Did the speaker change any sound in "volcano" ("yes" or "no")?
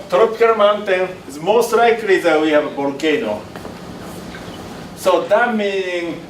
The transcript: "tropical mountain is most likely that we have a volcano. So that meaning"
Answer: yes